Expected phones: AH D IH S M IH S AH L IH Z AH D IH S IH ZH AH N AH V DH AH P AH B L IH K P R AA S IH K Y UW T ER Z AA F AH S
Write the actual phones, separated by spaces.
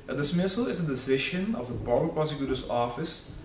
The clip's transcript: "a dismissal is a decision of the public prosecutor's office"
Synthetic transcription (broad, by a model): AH D IH S M IH S AH L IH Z AH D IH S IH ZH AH N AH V DH AH B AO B IH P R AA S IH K Y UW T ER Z AA F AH S